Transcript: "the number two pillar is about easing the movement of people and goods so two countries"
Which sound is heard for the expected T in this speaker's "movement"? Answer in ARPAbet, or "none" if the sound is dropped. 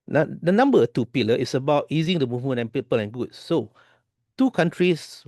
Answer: none